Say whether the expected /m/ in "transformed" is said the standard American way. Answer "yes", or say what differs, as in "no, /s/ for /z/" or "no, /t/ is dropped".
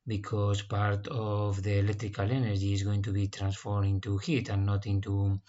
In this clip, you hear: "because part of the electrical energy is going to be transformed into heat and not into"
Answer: no, /m/ is dropped